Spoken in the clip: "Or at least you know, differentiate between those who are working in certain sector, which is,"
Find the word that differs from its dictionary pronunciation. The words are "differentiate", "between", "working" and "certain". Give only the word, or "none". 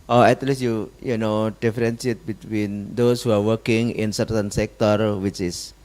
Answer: differentiate